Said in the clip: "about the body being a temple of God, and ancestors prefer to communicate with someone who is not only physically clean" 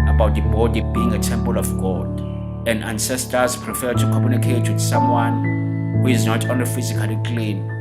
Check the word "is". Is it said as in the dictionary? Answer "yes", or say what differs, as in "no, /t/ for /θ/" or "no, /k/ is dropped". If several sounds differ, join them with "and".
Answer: yes